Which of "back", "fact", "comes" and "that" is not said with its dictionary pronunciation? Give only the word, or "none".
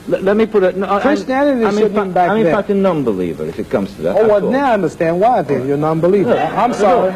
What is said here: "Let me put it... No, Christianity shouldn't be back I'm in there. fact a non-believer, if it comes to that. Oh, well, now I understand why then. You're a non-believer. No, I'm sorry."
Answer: back